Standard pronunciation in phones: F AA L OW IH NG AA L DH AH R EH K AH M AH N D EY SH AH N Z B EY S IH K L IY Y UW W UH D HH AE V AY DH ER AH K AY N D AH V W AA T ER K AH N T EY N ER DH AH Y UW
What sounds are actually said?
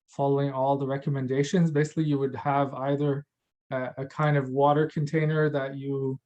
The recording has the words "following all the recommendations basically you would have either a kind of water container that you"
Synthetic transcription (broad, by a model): F AA L OW IH NG AA L DH AH R EH K AH M AH N D EY SH AH N Z B EY S IH K L IY Y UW W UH D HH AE V AY DH ER AH K AY N D AH V W AA T ER K AH N T EY N ER DH AH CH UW